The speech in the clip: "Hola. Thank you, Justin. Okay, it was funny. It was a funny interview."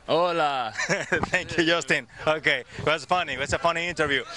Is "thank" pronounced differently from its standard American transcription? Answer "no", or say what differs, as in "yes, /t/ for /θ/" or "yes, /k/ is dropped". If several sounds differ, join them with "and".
yes, /t/ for /θ/